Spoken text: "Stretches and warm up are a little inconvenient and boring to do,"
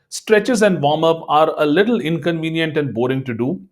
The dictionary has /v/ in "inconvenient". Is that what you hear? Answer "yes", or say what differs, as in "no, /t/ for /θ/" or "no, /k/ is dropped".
yes